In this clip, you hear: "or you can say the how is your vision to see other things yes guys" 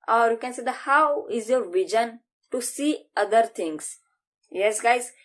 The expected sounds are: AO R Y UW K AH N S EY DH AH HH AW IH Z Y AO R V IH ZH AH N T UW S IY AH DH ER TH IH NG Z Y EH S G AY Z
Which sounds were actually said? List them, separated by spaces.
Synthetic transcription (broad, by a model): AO R Y UW K AH N S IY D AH HH AW IH Z Y AO R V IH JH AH N T UW S IY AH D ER T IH NG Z Y EH S G AY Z